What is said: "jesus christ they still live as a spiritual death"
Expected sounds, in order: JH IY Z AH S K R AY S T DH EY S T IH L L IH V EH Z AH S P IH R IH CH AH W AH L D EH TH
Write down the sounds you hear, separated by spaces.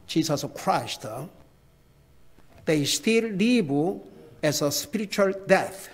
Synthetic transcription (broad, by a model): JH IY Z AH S K R AY S T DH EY S T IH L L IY B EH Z AH S P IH R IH CH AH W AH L D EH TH